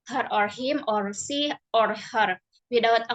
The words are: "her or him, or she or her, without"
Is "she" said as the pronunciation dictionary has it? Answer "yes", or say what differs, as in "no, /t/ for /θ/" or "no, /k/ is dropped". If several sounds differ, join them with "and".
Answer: no, /s/ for /ʃ/